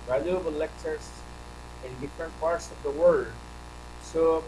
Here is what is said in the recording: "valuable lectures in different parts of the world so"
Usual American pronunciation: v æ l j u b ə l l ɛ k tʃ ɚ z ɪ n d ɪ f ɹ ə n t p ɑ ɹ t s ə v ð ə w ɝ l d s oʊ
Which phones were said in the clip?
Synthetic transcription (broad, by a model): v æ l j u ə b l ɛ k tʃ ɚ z ɪ n d ɪ f ɹ ə n t p ɑ ɹ t s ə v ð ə w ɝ d s oʊ